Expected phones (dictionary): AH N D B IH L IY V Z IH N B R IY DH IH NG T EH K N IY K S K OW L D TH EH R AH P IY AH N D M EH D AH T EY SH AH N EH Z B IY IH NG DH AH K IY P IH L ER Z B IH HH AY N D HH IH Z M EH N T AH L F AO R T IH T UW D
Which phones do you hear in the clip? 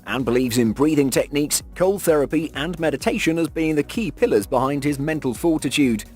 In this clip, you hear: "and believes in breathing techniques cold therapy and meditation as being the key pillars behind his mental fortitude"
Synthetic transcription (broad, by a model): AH N B IH L IY V Z IH N B R IY DH IH NG T EH K N IY K S K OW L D TH EH R AH P IY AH N M EH D AH T EY SH AH N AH Z B IY IH NG DH AH K IY P IH L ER Z B IH HH AY N D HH IH Z M EH N T AH L F AO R T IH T UW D